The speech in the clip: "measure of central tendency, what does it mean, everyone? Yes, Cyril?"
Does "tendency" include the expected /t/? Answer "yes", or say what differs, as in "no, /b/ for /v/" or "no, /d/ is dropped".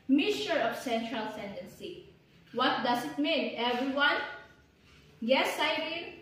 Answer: no, /s/ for /t/